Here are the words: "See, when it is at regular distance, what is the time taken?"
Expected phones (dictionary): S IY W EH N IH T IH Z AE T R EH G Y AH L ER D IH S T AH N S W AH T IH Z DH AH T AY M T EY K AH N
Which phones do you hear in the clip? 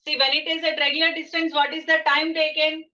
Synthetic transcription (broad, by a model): S IY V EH L IH T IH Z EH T R EH G Y AH L ER D IH S T AH N S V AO T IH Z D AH T AY M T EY K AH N